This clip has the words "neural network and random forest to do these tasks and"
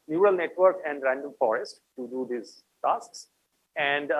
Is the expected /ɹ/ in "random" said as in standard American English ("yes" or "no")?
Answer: yes